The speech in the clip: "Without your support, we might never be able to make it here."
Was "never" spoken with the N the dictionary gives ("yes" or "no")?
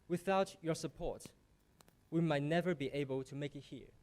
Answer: yes